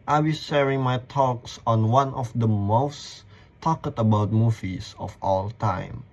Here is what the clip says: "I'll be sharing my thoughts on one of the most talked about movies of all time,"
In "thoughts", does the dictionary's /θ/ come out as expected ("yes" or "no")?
no